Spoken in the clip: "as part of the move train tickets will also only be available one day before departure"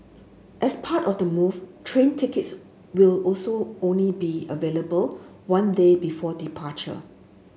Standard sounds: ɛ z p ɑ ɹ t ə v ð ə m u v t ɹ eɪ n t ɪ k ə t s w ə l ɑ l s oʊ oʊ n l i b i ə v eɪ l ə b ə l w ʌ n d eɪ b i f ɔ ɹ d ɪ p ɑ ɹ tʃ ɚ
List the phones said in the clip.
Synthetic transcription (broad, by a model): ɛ s p ɑ t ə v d ə m u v t ɹ eɪ n t ɪ k ə t s w ə l ɑ l s oʊ oʊ n l i b i ə v eɪ l ə b ə l w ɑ n d eɪ b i f ɔ d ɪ p ɑ tʃ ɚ